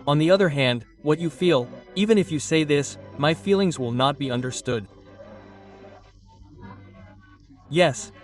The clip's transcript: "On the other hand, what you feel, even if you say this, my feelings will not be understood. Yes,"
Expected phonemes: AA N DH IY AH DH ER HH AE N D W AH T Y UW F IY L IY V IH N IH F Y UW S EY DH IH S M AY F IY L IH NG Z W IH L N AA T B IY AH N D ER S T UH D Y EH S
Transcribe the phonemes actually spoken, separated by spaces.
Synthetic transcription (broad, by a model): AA N DH IY AH DH ER HH AE N D W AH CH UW F IY L IY V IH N IH F Y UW S EY DH IH S M AY F IY L IH NG Z W IH L N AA T B IY AH N D ER S T UH D Y EH S